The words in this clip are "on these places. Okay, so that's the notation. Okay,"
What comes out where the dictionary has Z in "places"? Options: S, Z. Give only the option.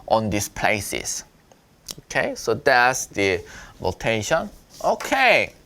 S